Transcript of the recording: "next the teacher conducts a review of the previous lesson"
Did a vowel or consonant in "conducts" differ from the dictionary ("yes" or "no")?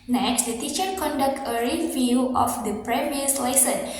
yes